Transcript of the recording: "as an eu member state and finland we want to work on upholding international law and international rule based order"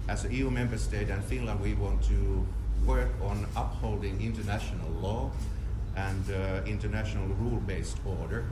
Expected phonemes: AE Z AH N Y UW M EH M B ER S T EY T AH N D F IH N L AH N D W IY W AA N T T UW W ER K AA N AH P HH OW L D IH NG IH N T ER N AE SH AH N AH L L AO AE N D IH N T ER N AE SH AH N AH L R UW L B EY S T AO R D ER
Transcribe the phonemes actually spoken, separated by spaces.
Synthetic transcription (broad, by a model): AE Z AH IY Y UW M EH M B ER S T EY T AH N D F IH N L AH N D W IY W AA N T T UW W ER K AA N AH P HH OW L D IH NG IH N T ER N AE SH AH N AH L L AO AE N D IH N T ER N AE SH AH N AH L R UW L B EY S T AO R D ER